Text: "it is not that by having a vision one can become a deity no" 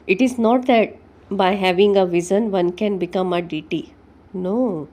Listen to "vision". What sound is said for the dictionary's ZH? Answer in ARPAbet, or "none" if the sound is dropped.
Z